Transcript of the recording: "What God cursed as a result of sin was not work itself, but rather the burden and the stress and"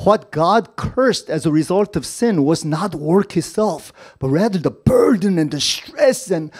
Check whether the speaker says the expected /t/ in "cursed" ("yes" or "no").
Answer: yes